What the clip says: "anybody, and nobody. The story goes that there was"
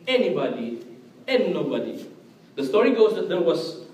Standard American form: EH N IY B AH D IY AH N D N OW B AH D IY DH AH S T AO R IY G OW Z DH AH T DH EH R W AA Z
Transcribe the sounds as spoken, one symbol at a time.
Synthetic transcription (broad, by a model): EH N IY B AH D IY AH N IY N OW B AH D IY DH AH S T AO R IY G OW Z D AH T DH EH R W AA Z